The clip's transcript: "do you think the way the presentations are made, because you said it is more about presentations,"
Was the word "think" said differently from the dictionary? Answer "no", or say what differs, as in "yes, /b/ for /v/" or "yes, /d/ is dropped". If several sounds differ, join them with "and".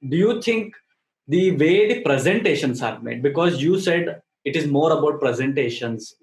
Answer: yes, /t/ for /θ/